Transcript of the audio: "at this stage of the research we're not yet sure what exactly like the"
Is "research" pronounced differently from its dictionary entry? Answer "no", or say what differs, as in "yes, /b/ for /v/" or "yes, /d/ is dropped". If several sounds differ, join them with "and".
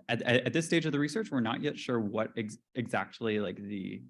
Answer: no